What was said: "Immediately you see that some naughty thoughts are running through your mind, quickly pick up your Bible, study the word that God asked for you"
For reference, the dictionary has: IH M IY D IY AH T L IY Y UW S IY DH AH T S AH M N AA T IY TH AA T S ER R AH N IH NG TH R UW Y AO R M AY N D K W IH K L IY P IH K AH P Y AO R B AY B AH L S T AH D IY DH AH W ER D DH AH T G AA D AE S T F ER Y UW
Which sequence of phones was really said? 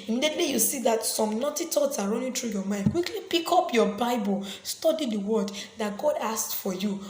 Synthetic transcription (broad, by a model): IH M IY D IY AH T L IY Y UW S IY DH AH T S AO M N AA T IY T AA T S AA R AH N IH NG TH R UW Y AO M AY N D K W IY K L IY P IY K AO P Y AO B AY B AH L S T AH D IY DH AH W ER D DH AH T G AA D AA S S F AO Y UW